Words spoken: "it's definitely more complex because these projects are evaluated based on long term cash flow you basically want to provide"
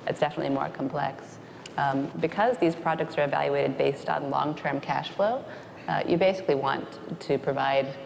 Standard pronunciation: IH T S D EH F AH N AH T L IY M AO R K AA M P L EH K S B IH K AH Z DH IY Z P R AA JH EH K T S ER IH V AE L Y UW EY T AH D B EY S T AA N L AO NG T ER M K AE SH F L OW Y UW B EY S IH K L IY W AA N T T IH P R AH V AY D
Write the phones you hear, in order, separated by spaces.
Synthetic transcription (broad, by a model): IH T S D EH F AH N AH T L IY M AO R K M P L EH K S B IH K AH Z DH IY Z P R AA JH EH K T S ER IH V AE L Y UW EY T AH D B EY S T N L AO NG T ER M K AE SH F L OW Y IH B EY S IH K L IY W AA N T T IH P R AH V AY D